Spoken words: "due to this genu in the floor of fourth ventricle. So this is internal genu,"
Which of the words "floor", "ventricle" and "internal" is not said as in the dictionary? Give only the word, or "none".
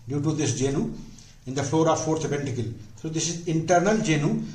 ventricle